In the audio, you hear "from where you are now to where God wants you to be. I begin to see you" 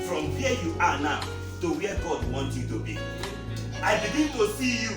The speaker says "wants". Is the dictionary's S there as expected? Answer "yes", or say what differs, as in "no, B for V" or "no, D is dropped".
no, S is dropped